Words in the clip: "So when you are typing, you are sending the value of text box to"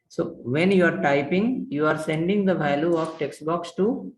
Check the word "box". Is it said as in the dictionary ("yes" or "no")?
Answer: yes